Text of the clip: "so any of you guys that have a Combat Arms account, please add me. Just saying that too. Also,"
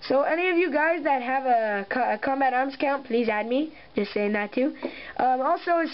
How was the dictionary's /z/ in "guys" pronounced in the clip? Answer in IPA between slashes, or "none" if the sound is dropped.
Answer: /z/